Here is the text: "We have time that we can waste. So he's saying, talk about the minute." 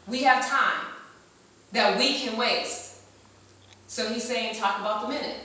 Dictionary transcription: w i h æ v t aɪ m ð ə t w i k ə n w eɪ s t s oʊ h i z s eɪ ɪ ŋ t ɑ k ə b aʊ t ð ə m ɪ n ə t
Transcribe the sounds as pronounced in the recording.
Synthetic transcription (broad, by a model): w i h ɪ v t aɪ m ð ə t w i k ə n w eɪ t s oʊ h i z s eɪ ɪ ŋ t ɑ k ə b aʊ t ð ə m ɪ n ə t